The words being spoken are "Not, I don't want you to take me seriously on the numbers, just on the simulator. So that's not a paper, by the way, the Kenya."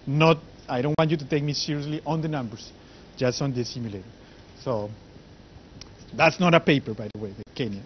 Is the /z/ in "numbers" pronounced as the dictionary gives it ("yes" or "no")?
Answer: no